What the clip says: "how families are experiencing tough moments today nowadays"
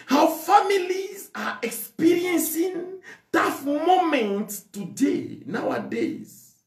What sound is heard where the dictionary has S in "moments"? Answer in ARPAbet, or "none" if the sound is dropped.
none